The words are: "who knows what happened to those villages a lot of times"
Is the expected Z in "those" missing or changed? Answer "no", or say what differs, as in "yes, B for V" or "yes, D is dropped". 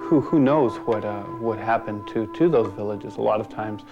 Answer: no